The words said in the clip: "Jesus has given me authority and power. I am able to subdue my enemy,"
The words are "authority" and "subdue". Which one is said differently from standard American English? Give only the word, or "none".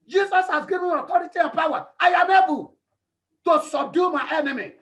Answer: authority